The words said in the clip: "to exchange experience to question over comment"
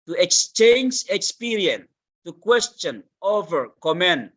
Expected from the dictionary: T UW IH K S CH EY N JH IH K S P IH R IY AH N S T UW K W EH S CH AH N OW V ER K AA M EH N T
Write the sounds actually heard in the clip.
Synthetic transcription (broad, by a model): T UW IH K S CH EY N JH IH K S P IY R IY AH N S T UW K W EH S CH AH N OW V ER K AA M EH N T